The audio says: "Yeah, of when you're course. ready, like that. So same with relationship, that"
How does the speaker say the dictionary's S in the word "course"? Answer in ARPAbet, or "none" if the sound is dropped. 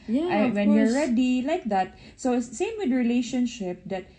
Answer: none